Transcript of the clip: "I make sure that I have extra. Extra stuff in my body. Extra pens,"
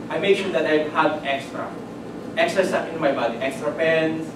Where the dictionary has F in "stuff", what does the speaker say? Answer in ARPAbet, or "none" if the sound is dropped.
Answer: P